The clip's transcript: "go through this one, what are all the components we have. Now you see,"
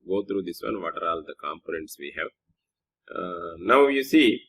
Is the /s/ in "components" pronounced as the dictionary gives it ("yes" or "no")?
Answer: yes